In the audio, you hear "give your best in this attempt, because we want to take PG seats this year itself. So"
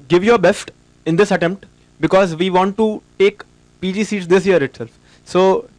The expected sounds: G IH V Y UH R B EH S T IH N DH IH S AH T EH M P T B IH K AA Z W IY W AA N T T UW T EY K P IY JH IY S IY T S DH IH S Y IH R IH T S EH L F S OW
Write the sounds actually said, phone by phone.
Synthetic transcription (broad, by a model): G IH V Y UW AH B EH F T IH N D IH S AH T EH M P T B IH K AA Z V IY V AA N T T UW T EY K P IY JH IY S IY T S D IH S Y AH R IH T S EH L F S OW